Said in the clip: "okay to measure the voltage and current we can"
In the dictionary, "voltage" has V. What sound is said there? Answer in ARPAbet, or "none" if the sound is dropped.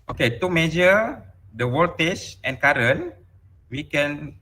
W